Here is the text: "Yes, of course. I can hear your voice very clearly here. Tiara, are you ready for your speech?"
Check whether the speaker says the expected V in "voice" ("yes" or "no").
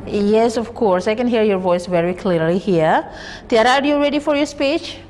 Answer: yes